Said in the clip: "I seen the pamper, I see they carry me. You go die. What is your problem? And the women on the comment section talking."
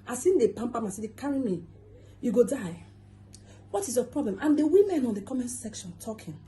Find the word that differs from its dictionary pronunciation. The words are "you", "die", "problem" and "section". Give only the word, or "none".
none